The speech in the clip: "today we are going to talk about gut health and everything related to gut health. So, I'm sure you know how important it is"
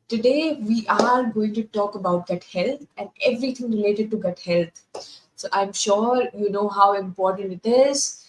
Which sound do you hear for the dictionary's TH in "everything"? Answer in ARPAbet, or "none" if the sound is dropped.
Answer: T